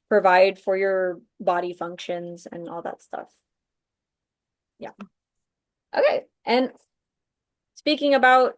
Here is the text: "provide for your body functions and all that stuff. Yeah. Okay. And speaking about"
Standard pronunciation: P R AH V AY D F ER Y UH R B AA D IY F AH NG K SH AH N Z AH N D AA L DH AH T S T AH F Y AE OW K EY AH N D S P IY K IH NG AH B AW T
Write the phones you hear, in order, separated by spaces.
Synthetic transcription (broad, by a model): P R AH V AY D F ER Y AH R B AA D IY F AH NG K SH AH N Z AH N AA L DH AH T S T AH F Y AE OW K EY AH N S P IY K IH NG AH B AW T